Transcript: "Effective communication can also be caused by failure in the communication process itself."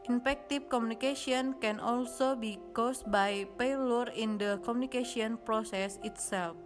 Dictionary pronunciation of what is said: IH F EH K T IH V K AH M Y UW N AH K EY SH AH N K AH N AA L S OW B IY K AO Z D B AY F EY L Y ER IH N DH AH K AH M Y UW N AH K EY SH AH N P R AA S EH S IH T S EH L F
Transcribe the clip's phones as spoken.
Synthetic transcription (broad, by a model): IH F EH K T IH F K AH M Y UW N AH K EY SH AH N K AH N AA L S OW B IY K AO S B AY P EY L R IH N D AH K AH M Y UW N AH K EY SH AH N P R AA S EH S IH T S EH L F